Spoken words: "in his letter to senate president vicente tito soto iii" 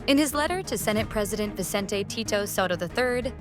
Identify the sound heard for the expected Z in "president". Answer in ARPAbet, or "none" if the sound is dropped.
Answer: Z